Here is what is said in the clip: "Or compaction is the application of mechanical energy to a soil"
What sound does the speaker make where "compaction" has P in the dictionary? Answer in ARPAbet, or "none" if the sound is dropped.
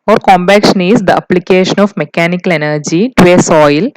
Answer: B